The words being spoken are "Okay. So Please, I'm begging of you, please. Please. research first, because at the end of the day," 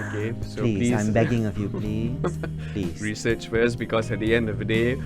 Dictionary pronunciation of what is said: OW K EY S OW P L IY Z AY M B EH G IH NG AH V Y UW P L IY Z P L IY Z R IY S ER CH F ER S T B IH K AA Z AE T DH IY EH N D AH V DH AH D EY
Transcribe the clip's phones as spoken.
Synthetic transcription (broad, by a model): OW K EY S OW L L IY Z AY M B EH G IH NG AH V Y UW P L IY P L IY R IY S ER CH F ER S B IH K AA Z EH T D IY EH N D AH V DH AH D EY